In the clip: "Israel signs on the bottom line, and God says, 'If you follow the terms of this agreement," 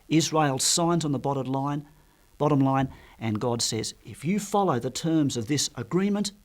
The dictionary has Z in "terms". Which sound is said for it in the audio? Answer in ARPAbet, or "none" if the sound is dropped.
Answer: Z